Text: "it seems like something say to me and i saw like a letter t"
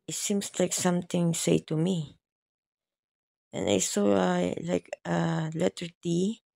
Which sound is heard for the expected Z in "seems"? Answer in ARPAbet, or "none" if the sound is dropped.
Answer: S